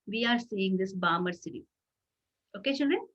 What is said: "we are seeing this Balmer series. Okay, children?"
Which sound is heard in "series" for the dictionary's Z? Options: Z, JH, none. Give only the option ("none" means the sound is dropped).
none